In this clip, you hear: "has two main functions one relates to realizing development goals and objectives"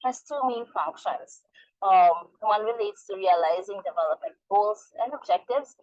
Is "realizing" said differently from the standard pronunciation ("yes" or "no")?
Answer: no